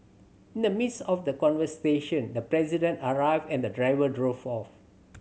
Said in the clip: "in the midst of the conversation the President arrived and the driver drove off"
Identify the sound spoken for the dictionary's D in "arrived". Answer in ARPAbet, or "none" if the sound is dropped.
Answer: none